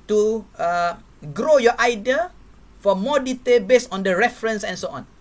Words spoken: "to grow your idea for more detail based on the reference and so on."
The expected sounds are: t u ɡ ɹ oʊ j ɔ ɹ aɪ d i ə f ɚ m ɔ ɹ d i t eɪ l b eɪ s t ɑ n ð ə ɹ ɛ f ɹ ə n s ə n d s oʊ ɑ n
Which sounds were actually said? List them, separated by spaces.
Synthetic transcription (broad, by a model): t u ɡ ɹ oʊ j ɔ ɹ aɪ d i ə f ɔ m ɔ d i t eɪ l b eɪ s ɑ n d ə ɹ ɛ f ɹ ə n s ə n s oʊ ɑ n